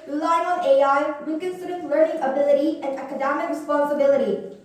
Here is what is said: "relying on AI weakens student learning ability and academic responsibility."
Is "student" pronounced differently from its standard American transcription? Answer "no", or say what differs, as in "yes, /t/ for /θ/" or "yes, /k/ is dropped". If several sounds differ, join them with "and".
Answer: yes, /n/ is dropped